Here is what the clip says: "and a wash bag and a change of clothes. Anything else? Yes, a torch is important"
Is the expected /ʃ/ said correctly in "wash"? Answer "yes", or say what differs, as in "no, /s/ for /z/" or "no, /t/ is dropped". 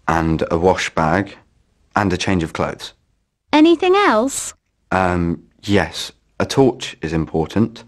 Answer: yes